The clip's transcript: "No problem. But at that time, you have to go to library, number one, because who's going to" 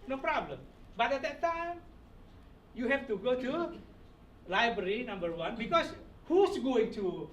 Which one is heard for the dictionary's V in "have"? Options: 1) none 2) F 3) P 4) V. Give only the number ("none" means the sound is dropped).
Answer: 2